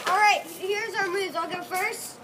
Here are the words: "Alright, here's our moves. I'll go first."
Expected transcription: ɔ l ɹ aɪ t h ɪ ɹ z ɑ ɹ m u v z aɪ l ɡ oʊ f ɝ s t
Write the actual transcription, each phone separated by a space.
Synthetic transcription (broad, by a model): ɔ l ɹ aɪ t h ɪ ɹ z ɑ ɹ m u z aɪ l ɡ oʊ f ɝ s t